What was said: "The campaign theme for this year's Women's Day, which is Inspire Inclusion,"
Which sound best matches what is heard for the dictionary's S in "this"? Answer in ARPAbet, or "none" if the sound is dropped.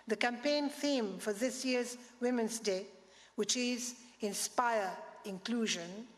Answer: S